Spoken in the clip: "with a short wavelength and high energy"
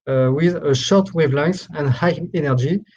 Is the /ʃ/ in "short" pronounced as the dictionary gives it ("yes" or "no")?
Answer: yes